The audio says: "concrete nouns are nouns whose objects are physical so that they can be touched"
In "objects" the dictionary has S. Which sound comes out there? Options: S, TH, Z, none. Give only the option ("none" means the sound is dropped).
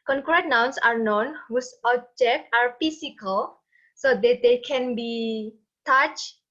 none